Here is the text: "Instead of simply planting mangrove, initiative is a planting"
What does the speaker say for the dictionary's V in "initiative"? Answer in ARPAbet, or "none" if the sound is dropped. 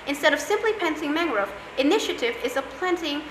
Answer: V